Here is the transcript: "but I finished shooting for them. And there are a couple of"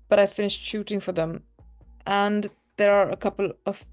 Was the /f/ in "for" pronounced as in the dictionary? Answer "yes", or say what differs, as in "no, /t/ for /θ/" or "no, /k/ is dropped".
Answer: yes